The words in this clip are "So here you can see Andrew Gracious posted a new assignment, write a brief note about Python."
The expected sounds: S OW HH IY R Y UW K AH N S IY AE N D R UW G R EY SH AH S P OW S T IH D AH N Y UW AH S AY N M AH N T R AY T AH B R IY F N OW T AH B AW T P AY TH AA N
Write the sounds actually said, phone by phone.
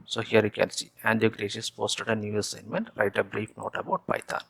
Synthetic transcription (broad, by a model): S OW HH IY R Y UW K AH N S IY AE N D UW G R EY SH AH S P OW S T IH D AH N Y UW AH S AY N M AH N T R AY T AH B R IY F N OW T AH B AW T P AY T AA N